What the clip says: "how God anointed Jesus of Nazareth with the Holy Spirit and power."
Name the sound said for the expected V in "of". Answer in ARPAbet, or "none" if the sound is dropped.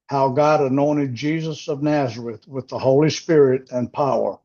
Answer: V